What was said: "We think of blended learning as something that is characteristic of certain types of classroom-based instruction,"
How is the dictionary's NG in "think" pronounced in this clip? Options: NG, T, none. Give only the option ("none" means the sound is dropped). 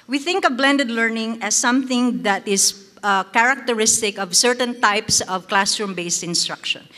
NG